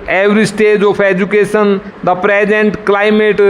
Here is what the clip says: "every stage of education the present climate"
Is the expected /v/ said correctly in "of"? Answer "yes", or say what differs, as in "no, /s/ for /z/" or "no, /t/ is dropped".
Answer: no, /p/ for /v/